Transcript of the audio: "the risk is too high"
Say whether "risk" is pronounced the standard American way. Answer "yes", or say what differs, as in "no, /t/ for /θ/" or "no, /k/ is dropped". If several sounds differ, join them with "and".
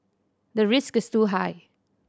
yes